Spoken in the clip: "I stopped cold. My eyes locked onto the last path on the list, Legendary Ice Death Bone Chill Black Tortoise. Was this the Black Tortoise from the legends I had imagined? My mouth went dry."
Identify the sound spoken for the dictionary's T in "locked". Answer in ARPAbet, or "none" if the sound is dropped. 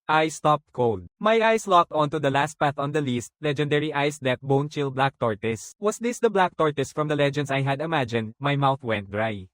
T